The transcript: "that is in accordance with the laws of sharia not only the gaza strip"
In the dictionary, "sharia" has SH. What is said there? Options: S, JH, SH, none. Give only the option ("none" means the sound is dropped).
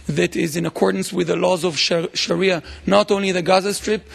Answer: SH